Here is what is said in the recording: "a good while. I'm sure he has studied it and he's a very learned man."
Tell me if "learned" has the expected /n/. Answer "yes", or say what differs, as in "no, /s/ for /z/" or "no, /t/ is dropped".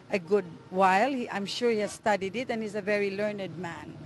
yes